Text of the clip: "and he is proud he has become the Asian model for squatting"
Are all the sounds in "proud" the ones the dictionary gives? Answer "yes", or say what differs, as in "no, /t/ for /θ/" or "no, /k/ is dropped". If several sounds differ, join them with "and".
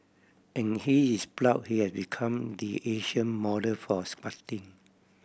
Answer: no, /l/ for /ɹ/